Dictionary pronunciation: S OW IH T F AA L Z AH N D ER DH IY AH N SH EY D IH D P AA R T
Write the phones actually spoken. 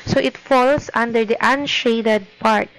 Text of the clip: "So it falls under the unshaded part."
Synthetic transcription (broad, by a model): S OW IH T F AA L S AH N D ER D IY AH N SH EY D IH D P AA R T